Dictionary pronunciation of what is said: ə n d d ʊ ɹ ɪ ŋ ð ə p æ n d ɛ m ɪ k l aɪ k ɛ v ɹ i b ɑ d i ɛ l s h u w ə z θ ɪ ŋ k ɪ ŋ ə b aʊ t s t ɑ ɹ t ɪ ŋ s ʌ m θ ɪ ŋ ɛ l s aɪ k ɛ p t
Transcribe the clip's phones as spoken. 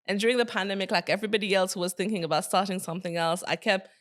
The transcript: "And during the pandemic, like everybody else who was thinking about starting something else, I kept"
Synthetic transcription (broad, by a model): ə n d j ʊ ɹ ɪ ŋ ð ə p æ n d ɛ m ɪ k l aɪ k ɛ v ɹ i b ɑ d i ɛ l s h u w ə z θ ɪ ŋ k ɪ ŋ ə b aʊ t s t ɑ ɹ t ɪ ŋ s ʌ m θ ɪ ŋ ɛ l s aɪ k ɛ p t